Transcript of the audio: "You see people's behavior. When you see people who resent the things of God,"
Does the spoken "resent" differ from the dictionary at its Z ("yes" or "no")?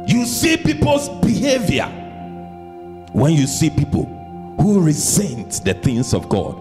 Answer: no